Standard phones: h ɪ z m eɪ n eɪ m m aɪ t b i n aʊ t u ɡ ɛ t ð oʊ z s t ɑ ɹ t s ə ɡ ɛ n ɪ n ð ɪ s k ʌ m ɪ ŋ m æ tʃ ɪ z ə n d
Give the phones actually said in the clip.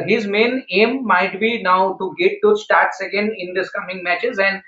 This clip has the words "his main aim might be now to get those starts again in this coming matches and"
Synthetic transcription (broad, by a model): h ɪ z m eɪ n eɪ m m aɪ t b i n aʊ t u ɡ ɛ t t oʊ s t ɑ ɹ t s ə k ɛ n ɪ n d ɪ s k ʌ m ɪ ŋ m æ tʃ ɪ z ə n d